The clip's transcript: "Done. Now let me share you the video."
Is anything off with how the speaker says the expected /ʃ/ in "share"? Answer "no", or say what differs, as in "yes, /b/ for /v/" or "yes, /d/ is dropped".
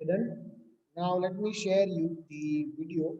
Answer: no